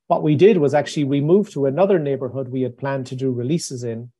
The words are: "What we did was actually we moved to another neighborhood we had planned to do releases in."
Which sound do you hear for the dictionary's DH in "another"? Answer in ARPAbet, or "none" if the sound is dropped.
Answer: DH